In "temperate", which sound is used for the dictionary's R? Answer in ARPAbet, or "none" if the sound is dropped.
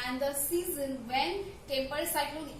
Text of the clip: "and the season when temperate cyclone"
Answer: none